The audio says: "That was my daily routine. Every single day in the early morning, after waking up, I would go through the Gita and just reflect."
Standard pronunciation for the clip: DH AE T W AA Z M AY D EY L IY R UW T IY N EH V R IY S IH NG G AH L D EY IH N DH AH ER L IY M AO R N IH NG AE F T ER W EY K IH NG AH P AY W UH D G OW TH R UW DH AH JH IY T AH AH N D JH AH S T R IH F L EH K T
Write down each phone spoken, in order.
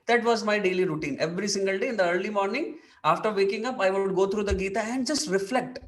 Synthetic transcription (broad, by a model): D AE T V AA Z M AY D EY L IY R UW T IY N EH V R IY S IH NG G AH L D EY IH N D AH ER L IY M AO R N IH NG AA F T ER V EY K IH NG AH P AY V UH D G OW T R UW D AH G IY T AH AH N D JH AH S T R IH F L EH K T